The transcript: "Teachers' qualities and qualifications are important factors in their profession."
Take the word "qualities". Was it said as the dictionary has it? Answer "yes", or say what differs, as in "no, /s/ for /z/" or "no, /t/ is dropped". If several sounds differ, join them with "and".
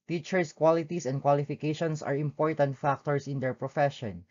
no, /s/ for /z/